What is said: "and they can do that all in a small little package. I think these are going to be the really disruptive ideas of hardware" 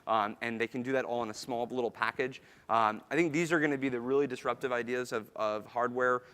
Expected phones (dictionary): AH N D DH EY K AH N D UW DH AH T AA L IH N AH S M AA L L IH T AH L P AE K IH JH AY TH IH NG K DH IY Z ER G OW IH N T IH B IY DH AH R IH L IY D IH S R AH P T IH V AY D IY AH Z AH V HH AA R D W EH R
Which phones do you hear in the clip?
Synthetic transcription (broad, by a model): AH N DH EY K AH N D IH DH AH T AA L IH N AH S M AA L L IH T L P AE K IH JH AY TH IH NG K DH IY Z ER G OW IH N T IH B IY DH AH R IH L IY D IH S R AH P T IH V AY D IY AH Z AH V HH AA R D W EH R